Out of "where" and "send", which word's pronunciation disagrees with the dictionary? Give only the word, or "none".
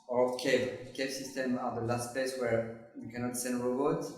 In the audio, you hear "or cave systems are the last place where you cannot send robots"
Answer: none